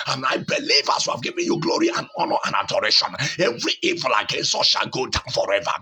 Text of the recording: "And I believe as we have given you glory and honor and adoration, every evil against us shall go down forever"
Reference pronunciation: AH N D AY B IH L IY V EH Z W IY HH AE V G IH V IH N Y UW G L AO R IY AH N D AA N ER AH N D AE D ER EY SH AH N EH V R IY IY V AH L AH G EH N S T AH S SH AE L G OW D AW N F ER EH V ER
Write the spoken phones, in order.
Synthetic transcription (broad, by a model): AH N AY B IH L IY V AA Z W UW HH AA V G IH V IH N Y UW G L AO R IY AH N AA N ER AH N D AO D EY SH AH N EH V R IY IY V AH L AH G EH N S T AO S SH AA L G OW D AW N F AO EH V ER